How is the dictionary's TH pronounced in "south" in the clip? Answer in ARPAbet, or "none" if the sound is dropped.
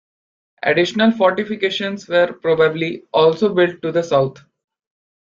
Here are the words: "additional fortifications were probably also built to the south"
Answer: T